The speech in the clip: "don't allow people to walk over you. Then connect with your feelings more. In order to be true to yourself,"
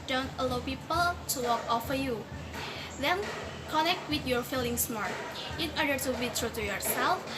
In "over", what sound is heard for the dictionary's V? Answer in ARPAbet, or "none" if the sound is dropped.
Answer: F